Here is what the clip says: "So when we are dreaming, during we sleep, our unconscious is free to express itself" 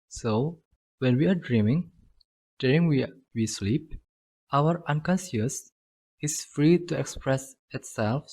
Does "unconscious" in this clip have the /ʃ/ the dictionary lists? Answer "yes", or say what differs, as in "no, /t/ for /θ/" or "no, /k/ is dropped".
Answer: no, /s/ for /ʃ/